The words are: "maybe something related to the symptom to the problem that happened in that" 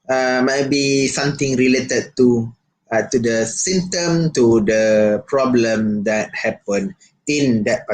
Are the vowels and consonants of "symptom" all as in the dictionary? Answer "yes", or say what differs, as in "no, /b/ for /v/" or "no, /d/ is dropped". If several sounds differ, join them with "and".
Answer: no, /p/ is dropped